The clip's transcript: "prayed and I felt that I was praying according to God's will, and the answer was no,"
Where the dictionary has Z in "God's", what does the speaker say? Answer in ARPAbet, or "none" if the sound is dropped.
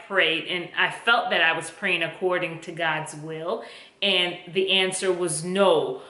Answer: Z